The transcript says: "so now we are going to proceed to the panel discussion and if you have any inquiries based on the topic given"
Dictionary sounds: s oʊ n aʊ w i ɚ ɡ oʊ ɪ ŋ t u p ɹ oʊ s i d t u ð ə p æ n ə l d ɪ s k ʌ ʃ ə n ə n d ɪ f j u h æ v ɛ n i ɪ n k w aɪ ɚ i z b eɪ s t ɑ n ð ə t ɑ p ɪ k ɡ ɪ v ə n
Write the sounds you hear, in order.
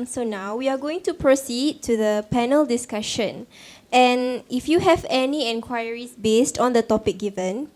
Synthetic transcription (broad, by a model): s oʊ n aʊ w i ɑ ɡ oʊ ɪ ŋ t u p ɹ oʊ s i d t u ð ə p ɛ n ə l d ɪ s k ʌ ʃ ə n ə n ɪ f j u h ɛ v ɛ n i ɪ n k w aɪ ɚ i s b eɪ s t ɑ n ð ə t ɑ p ɪ k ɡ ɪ v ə n